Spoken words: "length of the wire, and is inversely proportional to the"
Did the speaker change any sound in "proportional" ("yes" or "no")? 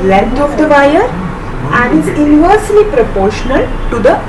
no